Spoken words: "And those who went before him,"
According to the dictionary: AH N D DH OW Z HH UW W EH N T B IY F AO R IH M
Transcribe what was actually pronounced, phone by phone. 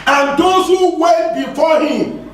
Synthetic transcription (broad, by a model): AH N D OW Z HH UW W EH T B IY F AO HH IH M